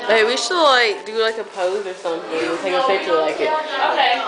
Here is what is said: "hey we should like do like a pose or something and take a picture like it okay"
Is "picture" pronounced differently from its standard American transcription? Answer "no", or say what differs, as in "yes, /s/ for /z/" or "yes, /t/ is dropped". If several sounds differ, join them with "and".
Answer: yes, /k/ is dropped